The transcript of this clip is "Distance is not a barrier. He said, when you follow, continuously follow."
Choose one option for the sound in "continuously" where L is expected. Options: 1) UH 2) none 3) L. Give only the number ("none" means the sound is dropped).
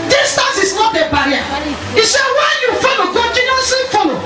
2